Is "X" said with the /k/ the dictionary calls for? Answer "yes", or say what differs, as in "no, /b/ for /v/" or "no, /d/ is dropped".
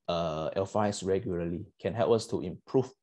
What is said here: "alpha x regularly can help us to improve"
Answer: no, /k/ is dropped